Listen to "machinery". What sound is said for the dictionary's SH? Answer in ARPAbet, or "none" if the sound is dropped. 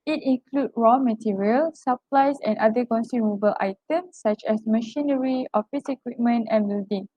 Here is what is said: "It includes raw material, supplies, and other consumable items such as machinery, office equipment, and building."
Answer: SH